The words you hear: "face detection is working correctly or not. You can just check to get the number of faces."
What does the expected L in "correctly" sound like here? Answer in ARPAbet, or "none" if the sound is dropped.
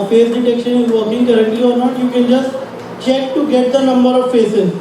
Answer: none